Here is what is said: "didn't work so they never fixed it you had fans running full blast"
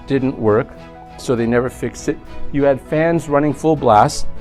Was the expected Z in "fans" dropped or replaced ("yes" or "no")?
no